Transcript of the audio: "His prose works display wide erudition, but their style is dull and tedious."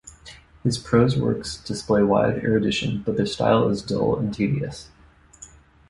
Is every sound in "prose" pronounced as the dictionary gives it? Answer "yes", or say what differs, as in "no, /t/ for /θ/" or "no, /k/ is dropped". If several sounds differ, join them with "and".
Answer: yes